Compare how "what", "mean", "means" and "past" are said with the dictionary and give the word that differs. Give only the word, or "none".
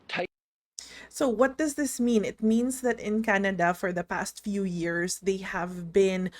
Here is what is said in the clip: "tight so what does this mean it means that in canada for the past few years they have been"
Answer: means